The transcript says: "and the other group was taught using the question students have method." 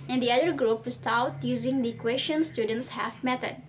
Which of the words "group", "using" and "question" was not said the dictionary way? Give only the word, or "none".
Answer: none